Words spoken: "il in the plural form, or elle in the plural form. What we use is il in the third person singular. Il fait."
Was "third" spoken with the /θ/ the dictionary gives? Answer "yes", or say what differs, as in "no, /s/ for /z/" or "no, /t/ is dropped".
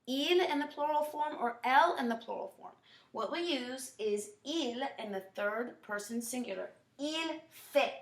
yes